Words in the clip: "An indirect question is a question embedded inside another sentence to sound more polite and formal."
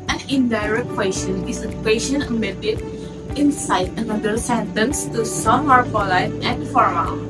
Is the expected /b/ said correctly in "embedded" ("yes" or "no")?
no